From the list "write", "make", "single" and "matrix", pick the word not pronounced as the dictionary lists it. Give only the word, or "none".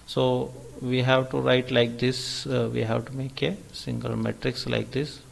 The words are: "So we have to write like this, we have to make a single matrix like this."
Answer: none